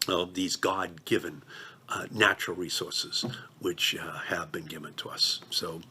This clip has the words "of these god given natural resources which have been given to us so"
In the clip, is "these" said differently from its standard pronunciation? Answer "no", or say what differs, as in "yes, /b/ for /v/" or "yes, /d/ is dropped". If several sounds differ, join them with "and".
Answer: no